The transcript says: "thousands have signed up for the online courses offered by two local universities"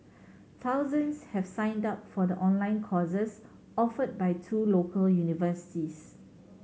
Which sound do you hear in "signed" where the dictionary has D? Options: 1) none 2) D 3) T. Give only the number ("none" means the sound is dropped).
2